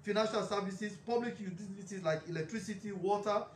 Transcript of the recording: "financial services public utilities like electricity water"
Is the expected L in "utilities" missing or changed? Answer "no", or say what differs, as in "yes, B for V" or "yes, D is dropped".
yes, L is dropped